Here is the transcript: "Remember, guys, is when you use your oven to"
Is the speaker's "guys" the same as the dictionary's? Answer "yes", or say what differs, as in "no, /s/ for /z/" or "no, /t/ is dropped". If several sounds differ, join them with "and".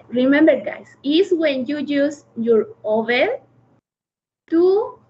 no, /s/ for /z/